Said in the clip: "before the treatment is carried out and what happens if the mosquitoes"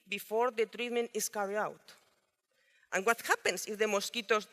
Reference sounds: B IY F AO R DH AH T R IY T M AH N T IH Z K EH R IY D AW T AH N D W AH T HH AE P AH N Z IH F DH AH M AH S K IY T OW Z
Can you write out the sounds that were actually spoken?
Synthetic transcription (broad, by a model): B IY F AO R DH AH T R IY T M AH N T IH S K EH R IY AW T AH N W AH T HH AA P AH N S IH F DH AH M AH S K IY T OW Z